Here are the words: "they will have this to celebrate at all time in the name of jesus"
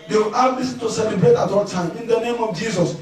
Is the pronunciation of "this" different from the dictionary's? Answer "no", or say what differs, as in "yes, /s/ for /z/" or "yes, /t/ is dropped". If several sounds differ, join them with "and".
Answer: yes, /s/ is dropped